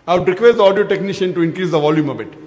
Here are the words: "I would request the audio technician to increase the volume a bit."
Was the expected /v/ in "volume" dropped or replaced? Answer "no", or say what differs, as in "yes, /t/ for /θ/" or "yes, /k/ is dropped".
no